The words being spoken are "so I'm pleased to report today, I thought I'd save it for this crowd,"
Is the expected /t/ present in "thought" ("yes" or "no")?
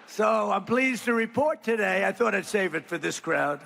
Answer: yes